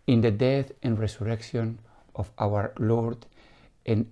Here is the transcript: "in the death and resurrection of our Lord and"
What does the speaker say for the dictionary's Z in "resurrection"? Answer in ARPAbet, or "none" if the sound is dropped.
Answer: S